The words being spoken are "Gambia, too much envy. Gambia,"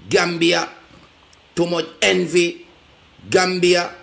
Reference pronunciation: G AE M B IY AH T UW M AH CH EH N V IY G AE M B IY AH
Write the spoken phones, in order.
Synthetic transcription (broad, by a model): G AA M B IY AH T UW M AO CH EH N V IY G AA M B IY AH